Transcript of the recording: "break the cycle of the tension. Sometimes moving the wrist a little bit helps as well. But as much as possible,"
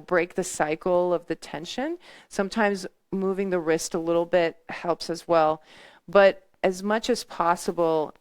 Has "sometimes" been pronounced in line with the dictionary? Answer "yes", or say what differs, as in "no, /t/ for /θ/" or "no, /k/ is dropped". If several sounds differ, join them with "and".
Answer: yes